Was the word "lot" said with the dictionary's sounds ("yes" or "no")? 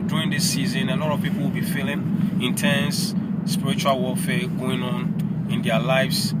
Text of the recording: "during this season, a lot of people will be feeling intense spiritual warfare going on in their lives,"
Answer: no